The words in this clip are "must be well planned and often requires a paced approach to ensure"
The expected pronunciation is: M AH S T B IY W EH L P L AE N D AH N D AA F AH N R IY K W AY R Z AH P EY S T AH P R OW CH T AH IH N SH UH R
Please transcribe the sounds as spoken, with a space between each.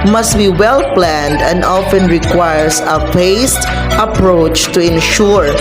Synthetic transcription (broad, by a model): M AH S T B IY W EH L P L AE N D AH N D AA F AH N R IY K W AY R S AH F EY S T AH P R OW CH T AH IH N SH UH R